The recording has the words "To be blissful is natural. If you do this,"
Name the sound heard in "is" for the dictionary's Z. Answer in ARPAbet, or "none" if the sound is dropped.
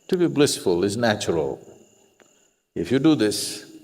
Z